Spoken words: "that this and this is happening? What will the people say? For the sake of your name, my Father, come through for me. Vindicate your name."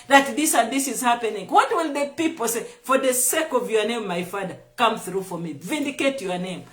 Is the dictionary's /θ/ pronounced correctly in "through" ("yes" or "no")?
yes